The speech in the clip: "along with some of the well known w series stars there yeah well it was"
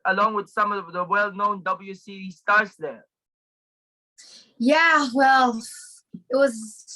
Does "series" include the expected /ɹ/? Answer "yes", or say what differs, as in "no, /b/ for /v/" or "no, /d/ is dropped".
no, /ɹ/ is dropped